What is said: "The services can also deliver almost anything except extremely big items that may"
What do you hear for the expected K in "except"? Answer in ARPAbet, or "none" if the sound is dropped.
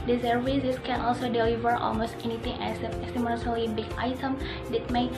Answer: none